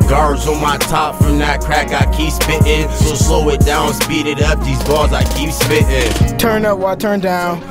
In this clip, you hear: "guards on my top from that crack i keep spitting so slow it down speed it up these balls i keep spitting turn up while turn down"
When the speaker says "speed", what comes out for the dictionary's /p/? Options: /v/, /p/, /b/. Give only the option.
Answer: /p/